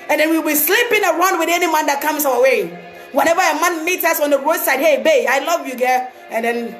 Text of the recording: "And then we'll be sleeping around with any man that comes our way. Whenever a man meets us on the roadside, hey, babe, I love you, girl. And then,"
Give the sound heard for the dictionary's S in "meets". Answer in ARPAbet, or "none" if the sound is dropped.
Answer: none